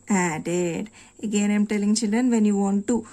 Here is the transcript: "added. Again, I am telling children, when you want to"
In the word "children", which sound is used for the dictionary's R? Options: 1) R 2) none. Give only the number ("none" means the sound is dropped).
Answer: 2